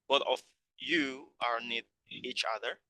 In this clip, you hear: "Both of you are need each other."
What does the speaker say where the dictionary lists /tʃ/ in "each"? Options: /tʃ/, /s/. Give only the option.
/tʃ/